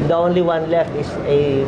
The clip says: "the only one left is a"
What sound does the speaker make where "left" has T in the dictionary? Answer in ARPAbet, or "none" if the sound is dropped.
none